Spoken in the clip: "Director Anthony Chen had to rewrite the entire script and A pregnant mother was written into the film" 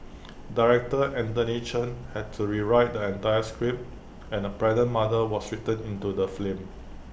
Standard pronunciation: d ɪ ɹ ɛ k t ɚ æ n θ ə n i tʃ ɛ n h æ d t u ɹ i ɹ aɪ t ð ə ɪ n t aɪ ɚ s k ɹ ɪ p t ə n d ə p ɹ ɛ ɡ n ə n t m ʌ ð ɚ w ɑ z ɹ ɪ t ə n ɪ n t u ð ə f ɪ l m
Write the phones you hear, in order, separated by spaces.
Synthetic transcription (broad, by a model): d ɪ ɹ ɛ k t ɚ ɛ n t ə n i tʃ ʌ n h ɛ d t u ɹ i ɹ aɪ t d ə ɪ n t aɪ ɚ s k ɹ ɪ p ə n ə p ɹ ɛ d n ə n m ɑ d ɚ w ɑ s ɹ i t ə n ɪ n t u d ə f l m